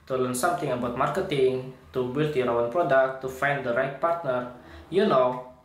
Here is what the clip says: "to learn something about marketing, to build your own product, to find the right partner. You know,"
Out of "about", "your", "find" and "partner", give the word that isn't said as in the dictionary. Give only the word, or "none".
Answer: your